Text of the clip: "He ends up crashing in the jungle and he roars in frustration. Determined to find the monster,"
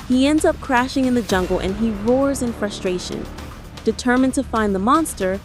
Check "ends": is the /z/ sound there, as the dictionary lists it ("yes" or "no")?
yes